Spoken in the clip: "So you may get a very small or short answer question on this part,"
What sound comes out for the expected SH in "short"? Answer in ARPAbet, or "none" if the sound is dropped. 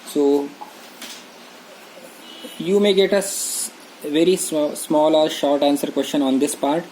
SH